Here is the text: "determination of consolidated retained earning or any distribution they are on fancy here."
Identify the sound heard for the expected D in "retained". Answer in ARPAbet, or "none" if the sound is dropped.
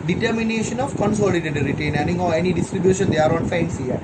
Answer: none